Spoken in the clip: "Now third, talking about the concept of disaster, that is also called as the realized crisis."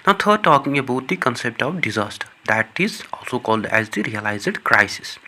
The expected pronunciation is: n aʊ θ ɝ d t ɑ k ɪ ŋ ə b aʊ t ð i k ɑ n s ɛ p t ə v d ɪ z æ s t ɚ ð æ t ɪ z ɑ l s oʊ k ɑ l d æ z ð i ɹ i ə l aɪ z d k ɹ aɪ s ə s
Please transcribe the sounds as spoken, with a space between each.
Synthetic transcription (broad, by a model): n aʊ t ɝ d t ɑ k ɪ ŋ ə b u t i k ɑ n s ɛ p t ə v d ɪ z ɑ s t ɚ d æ t ɪ z ɑ l s oʊ k ɑ l d æ z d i ɹ i ə l aɪ z d k ɹ aɪ s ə s